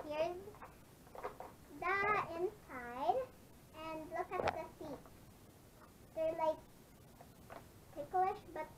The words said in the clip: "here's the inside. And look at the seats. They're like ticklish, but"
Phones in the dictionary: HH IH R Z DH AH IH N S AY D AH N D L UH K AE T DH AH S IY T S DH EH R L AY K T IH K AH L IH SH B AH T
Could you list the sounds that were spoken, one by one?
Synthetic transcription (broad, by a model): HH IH R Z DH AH IH N S AY D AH N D L UH K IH T DH AH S IY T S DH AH R L AY K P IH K L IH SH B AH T